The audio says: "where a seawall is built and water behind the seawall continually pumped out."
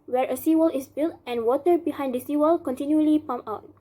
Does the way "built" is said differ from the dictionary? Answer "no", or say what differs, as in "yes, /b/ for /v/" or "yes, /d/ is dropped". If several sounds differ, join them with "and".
no